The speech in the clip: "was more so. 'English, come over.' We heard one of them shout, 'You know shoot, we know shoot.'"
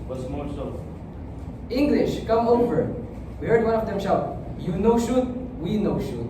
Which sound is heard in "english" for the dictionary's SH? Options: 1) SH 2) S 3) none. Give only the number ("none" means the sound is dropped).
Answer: 1